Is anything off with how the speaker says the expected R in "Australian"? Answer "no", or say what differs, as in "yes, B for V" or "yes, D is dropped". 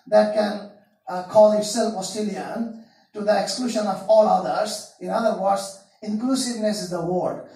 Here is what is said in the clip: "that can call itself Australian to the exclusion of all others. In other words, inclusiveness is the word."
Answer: yes, R is dropped